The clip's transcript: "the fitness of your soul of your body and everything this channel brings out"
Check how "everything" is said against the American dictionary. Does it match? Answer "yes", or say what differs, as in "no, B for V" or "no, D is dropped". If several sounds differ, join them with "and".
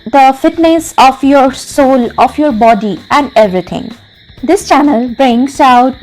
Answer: no, T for TH